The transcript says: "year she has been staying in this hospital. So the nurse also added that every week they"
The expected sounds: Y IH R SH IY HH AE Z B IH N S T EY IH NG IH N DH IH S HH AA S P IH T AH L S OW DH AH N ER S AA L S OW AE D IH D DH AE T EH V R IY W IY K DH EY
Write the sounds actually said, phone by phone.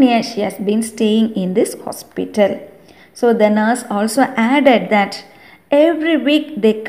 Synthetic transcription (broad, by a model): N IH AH SH IY HH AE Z B IH N S T EY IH NG IH N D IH S HH AA S P IH T AH L S OW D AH N ER S AA L S OW AE D IH D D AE T EH V R IY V IY K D EY